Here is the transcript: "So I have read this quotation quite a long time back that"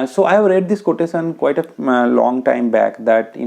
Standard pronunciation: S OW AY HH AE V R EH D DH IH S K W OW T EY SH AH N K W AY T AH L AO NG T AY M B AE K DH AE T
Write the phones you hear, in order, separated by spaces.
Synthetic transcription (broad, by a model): S OW AY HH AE V R EH D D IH S K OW T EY S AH N K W AY T AH L AO NG T AY M B AE K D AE T